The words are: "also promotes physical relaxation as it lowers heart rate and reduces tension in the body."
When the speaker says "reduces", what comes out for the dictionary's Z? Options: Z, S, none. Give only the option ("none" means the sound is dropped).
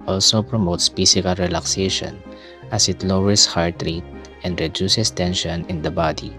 S